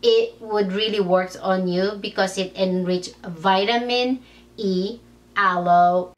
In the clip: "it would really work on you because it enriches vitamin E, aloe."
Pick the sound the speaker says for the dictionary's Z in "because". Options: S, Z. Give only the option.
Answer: S